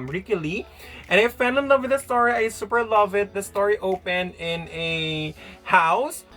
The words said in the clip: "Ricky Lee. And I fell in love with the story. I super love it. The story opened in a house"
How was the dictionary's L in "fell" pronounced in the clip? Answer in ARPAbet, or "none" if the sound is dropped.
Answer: N